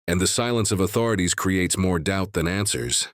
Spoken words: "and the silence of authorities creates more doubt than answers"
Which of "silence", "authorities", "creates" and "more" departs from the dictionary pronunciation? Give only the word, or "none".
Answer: none